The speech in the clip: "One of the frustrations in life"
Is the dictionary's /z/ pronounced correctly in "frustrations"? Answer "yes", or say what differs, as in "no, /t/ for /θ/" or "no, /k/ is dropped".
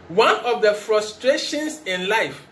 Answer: no, /s/ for /z/